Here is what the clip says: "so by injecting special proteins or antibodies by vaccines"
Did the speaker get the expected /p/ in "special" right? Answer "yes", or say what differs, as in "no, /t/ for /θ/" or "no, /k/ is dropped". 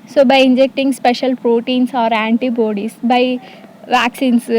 yes